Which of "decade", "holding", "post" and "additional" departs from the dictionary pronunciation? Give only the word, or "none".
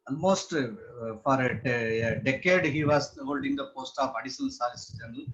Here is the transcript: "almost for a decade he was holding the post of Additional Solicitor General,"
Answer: additional